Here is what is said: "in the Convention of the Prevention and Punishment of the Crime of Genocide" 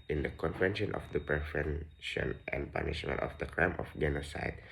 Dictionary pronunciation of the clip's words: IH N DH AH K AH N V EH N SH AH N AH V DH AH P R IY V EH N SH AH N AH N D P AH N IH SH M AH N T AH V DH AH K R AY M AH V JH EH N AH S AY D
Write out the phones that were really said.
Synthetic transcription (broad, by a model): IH N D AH K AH N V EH N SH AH N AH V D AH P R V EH N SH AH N AH N D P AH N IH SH AH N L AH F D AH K R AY M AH F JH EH N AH S AY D